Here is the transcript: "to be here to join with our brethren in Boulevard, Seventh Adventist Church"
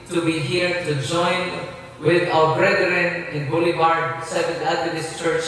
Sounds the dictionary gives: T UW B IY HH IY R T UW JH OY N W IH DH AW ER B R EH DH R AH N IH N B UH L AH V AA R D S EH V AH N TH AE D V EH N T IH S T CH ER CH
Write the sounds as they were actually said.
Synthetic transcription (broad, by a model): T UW B IY HH IY R T UW JH OY N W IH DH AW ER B R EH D R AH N IH N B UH L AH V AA R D S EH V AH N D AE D EH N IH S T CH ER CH